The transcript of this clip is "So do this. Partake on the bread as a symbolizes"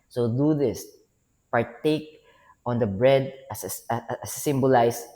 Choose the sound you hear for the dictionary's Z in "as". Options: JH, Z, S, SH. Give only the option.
S